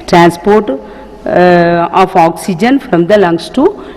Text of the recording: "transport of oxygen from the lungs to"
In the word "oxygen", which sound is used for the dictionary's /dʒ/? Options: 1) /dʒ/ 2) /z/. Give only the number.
1